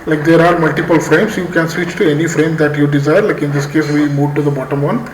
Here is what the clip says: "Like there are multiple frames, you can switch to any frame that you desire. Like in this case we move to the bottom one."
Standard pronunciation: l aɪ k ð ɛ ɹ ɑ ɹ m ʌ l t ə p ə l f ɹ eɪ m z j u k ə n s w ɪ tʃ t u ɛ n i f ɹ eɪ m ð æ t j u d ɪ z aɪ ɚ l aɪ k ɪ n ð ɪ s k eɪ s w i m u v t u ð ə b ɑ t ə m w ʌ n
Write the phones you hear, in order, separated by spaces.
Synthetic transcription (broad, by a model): l aɪ k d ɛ ɹ ɑ ɹ m ʌ l t ə p ə l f ɹ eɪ m s j u k ə n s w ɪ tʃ t u ɛ n i f ɹ eɪ m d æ t j u d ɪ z aɪ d l aɪ k ɪ n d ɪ s k eɪ s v i m u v t u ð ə b ɑ t ə m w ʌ n